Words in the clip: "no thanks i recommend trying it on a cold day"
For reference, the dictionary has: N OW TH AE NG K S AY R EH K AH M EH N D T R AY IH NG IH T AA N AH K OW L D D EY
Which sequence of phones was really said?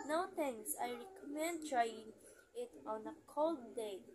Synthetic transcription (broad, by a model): N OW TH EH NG S AY R EH K AH M EH N D T R AY IH NG IH T AA N AH K OW L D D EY